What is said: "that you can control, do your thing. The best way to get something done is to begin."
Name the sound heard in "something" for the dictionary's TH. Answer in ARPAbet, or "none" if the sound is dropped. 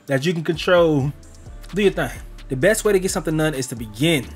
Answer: TH